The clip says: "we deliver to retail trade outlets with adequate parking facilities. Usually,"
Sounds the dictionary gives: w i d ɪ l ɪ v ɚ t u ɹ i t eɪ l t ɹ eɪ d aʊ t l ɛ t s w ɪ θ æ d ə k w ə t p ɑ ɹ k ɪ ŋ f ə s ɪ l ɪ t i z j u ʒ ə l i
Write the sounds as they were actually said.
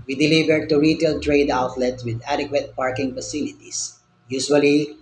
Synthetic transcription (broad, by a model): w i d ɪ l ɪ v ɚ t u ɹ i t eɪ l t ɹ eɪ d aʊ t l ɛ t s w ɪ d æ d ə k w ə t p ɑ ɹ k ɪ ŋ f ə s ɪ l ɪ t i s j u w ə l i